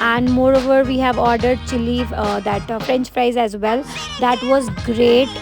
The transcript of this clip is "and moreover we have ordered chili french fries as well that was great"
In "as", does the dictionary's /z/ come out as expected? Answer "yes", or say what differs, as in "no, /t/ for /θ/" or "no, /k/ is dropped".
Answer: yes